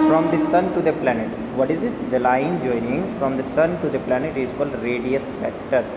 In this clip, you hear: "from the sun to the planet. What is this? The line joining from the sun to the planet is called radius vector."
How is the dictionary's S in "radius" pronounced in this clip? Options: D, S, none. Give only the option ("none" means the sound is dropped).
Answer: S